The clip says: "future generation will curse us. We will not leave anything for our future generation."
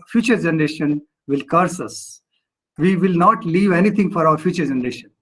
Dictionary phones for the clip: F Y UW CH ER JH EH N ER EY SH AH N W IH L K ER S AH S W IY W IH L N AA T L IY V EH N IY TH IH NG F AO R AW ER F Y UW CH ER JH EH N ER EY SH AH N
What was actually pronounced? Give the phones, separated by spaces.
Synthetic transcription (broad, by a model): F Y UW CH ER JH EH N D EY SH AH N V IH L K ER S AH S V IY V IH L N AA T L IY V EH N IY T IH NG F AO R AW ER F Y UW CH ER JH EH N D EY SH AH N